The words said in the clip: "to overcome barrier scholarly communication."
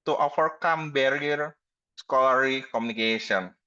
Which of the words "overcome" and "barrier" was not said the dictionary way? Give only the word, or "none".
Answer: overcome